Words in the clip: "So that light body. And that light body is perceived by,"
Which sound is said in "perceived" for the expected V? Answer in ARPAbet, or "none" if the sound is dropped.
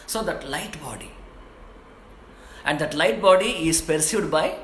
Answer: none